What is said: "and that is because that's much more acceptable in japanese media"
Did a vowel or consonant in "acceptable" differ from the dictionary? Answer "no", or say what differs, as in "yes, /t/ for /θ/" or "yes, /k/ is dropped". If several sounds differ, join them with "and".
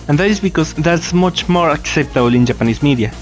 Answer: no